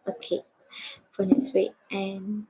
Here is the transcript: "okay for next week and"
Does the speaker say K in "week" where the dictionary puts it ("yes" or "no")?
no